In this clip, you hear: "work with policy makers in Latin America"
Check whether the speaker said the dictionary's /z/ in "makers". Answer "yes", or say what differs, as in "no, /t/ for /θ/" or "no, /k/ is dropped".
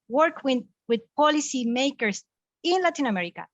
no, /s/ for /z/